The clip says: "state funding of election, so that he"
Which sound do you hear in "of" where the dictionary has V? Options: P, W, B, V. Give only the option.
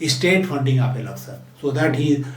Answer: P